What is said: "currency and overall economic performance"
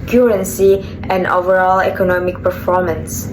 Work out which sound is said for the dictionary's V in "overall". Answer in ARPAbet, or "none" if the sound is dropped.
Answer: V